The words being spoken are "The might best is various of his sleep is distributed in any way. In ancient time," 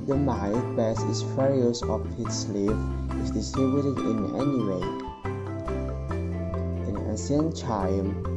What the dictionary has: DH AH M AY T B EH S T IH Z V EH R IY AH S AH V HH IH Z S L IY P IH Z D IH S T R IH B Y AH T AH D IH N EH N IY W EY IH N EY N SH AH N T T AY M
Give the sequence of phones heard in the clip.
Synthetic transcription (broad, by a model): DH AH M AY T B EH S IH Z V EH R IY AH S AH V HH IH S L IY F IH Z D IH S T R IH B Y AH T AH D IH N EH N IY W EY IH N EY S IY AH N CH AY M